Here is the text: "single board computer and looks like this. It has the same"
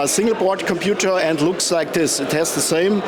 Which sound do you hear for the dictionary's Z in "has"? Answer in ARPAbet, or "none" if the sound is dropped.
S